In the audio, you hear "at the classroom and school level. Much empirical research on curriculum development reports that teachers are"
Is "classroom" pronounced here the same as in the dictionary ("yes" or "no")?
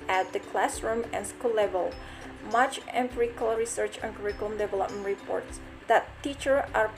yes